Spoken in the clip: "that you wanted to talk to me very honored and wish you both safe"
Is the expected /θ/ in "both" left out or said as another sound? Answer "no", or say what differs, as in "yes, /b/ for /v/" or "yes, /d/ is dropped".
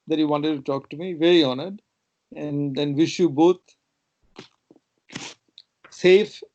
yes, /t/ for /θ/